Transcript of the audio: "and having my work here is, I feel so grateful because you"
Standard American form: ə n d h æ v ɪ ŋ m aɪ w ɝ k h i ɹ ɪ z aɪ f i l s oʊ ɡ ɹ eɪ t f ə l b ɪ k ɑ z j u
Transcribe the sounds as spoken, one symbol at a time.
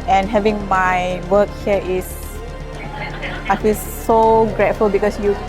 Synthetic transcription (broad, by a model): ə n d h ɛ v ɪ ŋ m aɪ w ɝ k h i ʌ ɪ s aɪ f i l s oʊ ɡ ɹ eɪ t f ə l b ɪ k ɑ s j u